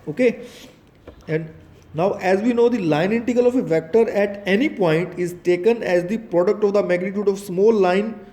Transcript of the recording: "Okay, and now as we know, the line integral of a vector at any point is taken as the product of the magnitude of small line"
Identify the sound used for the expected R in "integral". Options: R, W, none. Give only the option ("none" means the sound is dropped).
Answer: none